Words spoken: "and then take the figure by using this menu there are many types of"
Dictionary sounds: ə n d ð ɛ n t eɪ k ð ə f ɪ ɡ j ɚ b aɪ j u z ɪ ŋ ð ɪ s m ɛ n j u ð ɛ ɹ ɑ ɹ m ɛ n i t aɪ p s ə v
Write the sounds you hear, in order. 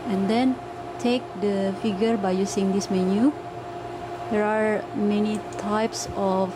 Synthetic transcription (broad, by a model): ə n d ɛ n t eɪ k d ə f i ɡ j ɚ b aɪ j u s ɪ ŋ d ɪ s m ɛ n j u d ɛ ɹ ɑ ɹ m ɛ n i t aɪ p s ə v